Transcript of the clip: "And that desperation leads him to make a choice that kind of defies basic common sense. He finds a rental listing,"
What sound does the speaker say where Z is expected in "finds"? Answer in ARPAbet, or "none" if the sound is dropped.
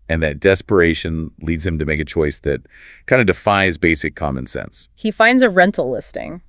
Z